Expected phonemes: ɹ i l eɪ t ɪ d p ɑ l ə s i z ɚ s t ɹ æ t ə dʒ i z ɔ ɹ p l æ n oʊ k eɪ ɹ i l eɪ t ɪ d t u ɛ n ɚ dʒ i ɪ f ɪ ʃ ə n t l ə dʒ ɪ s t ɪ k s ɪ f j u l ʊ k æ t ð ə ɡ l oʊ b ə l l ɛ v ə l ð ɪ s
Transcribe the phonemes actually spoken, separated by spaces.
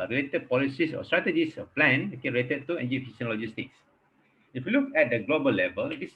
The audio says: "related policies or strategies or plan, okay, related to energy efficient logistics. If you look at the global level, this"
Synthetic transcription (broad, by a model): ɹ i l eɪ t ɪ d p ɑ l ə s i s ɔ s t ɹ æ t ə dʒ i s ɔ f p l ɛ n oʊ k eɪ ɹ i l eɪ t ɪ d t u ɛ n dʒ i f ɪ s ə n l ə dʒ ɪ s t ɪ k s ɪ f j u l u k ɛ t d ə ɡ l oʊ b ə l l ɛ v ə l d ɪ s